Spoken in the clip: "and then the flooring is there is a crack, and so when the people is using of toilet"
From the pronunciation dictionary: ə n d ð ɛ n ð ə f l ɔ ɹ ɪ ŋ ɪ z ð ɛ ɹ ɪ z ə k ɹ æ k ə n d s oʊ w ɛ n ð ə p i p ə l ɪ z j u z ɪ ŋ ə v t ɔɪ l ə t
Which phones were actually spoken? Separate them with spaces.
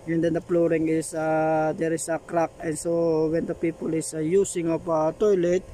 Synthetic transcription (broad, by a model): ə n d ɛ n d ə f l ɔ ɹ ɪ ŋ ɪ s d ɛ ɹ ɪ s ə k ɹ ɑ k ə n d s oʊ w ɛ n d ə p i p ə l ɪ s j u s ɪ ŋ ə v t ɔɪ l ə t